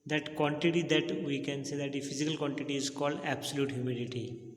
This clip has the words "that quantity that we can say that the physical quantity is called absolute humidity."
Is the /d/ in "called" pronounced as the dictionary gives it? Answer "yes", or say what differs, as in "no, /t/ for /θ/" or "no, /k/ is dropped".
yes